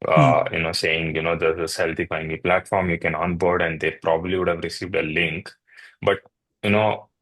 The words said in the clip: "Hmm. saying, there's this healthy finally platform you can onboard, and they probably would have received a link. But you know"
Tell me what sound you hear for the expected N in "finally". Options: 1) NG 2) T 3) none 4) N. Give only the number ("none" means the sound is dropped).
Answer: 3